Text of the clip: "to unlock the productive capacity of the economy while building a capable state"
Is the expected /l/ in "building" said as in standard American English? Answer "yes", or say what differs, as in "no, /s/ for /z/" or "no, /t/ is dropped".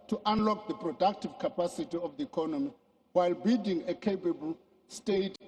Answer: no, /l/ is dropped